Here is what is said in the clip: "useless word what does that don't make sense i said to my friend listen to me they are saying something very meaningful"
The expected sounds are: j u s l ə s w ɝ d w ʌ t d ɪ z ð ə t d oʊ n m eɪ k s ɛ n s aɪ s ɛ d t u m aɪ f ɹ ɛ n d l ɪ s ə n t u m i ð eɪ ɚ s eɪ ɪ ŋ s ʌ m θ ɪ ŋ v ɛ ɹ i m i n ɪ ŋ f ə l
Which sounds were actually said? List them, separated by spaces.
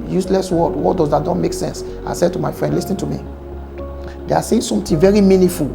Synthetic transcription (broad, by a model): j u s l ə s w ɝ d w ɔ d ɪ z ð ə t d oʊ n m eɪ k s ɛ n s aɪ s ɛ d t u m aɪ f ɹ ɛ n d l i s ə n t u m i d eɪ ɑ s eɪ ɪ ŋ s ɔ m t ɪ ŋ v ɛ ɹ i m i n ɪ f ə l